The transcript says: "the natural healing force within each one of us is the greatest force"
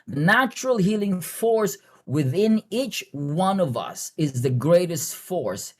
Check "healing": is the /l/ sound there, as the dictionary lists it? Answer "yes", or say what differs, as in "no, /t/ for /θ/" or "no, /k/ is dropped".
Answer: yes